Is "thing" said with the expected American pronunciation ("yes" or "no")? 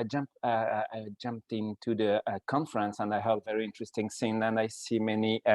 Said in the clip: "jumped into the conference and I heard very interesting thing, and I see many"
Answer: no